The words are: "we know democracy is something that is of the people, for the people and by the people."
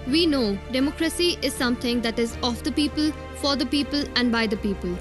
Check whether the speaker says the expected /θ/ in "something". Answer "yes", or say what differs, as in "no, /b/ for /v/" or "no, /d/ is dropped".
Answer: no, /t/ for /θ/